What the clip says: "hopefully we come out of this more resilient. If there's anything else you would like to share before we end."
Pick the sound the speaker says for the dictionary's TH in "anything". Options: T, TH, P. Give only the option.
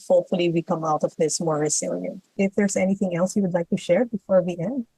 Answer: TH